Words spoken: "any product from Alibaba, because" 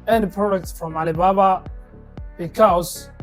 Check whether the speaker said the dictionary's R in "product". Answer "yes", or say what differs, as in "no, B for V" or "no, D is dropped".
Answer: no, R is dropped